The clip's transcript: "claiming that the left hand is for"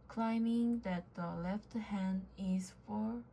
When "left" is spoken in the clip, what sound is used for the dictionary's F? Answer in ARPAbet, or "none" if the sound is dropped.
F